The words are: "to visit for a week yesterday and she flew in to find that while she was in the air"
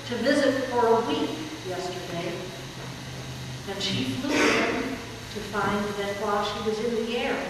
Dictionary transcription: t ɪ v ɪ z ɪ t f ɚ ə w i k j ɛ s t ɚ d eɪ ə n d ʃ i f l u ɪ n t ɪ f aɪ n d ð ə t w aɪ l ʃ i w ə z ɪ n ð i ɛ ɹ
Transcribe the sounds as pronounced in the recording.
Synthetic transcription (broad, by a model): t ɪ v ɪ z ɪ t f ɚ ə w i k j ɛ s t ɚ d eɪ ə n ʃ i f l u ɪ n t ɪ f aɪ n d ð ə t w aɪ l ʃ i w ə z ɪ n ð i ɛ ɹ